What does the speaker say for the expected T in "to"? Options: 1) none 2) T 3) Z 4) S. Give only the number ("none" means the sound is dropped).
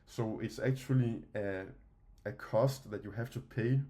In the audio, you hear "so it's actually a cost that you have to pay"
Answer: 2